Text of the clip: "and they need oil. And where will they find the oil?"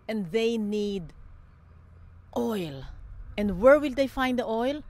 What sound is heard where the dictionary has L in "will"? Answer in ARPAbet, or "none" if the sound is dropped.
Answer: L